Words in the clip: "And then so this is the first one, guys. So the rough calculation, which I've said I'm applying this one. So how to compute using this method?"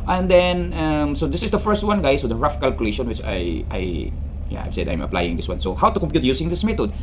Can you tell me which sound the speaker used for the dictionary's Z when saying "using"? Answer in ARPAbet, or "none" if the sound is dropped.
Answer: S